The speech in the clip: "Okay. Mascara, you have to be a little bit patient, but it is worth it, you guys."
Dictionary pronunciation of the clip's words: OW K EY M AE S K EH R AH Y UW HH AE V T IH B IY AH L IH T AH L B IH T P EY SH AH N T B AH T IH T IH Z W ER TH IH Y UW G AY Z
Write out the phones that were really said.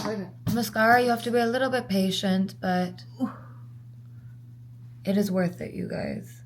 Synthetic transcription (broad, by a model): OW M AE S K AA R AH Y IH HH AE F T IH B IY AH L IH T L B IH T P EY SH AH N T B AH T IH T IH Z W ER TH IH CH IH G AY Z